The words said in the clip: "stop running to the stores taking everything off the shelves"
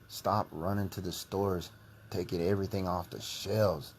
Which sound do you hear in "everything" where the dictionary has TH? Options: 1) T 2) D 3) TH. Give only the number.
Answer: 3